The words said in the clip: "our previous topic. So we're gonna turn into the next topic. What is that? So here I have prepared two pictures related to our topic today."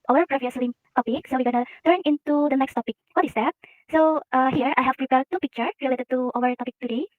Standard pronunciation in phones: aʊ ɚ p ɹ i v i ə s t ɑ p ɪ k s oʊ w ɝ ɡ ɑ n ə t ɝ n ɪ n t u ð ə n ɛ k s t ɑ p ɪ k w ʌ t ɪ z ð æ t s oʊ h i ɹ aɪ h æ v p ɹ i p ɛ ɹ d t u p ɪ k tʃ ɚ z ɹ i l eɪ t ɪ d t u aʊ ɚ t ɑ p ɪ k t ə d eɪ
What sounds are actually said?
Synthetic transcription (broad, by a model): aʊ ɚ p ɹ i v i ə s t ɑ p ɪ k s oʊ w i ɡ ɑ n ə t ɝ n ɪ n t u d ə n ɛ k s t ɑ p ɪ k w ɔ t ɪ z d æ t s oʊ h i ɹ aɪ h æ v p ɹ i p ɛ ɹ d t u p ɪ k tʃ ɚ ɹ i l eɪ t ɪ d t u aʊ ɚ t ɑ p ɪ k t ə d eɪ